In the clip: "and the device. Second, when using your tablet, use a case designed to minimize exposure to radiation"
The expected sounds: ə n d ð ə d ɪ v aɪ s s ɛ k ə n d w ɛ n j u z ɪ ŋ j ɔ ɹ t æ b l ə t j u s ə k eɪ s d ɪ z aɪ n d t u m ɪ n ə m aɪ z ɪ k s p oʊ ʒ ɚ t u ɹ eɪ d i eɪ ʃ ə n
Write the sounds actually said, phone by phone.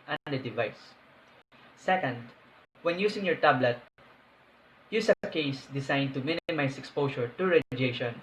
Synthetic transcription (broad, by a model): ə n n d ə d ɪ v aɪ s s ɛ k ə n d w ɛ n j u s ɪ ŋ j ɔ ɹ t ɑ b l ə t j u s ə k eɪ s d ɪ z aɪ n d t u m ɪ n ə m aɪ s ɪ k s p oʊ s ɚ t u ɹ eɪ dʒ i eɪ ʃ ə n